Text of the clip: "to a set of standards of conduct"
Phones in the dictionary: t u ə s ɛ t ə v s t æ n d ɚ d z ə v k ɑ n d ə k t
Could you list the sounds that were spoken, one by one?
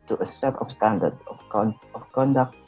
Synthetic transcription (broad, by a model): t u ə s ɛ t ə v s t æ n d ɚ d ə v k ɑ n d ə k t